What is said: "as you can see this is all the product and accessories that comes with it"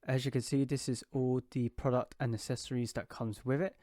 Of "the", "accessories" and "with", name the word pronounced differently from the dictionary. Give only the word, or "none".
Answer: accessories